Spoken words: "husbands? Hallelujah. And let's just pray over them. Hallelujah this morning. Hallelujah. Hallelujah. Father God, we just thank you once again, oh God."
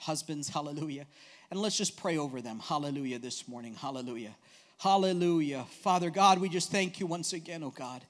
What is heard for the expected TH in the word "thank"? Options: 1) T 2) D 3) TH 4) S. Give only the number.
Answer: 3